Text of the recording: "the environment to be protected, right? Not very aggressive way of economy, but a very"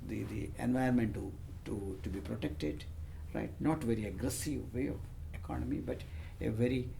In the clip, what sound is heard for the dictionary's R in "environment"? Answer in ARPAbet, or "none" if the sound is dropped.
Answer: none